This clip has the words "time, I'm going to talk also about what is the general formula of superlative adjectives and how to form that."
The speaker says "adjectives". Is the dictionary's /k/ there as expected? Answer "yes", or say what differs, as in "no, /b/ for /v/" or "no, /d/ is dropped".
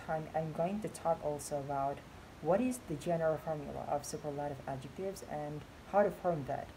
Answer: yes